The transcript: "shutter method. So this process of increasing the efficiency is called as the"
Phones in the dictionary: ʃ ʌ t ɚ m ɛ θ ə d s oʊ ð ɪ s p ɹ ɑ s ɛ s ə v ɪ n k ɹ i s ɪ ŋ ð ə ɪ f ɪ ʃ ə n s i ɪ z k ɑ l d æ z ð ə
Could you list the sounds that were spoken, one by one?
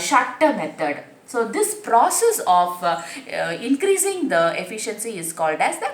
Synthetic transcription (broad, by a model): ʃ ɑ t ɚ m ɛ t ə d s oʊ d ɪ s p ɹ ɑ s ɛ s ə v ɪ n k ɹ i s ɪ ŋ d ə ɪ f ɪ ʃ ə n s i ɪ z k ɑ l d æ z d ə